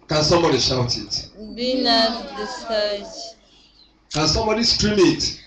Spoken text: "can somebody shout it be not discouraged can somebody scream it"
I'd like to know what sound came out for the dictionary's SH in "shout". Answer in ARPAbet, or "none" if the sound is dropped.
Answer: SH